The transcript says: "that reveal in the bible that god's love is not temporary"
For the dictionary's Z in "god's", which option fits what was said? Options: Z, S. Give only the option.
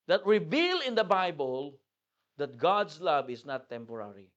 S